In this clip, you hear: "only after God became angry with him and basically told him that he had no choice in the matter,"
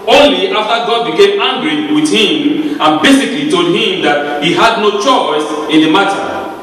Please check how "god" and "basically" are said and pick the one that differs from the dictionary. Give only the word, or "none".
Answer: none